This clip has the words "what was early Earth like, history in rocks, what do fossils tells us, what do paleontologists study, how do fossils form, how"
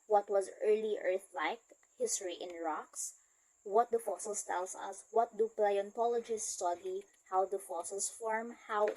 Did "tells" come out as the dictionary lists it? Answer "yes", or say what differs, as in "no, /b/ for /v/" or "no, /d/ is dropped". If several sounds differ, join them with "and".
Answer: no, /s/ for /z/